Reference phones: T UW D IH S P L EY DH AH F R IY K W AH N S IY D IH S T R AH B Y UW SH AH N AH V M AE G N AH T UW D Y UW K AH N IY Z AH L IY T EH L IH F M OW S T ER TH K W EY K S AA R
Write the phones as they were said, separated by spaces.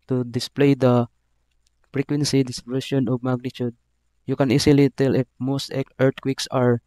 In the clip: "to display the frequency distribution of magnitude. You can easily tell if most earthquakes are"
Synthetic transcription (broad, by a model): T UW D IH S P L EY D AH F R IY K W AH N S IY D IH S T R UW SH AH N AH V M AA G N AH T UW D Y UW K AH N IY S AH L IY T EH L IH F M OW S T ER T K W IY K S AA R